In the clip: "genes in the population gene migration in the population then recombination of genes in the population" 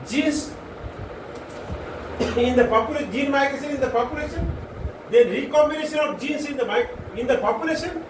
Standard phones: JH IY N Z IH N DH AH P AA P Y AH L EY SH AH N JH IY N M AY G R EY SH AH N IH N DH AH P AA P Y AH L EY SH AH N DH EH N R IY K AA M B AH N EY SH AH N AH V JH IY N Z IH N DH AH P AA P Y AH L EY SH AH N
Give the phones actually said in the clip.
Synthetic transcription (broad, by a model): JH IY N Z IH N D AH P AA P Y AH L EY JH IY N M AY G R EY S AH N IH N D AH P AA P Y AH L EY SH AH N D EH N R IY K AA M B AH N EY SH AH N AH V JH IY N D IH N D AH P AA P Y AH L EY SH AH N